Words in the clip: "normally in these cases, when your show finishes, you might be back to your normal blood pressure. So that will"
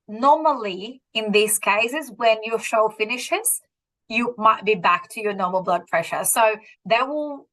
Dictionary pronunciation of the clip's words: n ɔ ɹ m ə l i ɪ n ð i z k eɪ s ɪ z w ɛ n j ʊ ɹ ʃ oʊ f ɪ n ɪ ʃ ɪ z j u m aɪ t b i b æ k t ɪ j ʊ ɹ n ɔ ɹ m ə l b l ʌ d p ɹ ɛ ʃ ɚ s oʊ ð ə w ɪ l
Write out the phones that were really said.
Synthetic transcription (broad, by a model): n ɔ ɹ m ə l i ɪ n ð i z k eɪ s ɪ z w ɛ n j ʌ ɹ ʃ oʊ f ɪ n ɪ ʃ ɪ z j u m aɪ t b i b æ k t ɪ j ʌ ɹ n ɔ ɹ m ə l b l ʌ d p ɹ ɛ ʃ ɚ s oʊ ð ə w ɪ l